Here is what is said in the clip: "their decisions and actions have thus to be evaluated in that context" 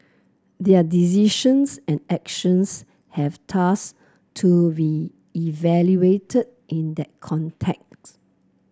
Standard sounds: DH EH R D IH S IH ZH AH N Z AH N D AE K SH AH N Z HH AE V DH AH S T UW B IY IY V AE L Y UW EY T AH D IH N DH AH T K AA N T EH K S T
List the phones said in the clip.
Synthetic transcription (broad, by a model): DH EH D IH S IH SH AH N S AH N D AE K SH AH N S HH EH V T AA S T UW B IY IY V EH L Y UW EY T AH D IH N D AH T K AA N T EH K T